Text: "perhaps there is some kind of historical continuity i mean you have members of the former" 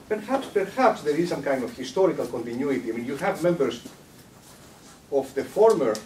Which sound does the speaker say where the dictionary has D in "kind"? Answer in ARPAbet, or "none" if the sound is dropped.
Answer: D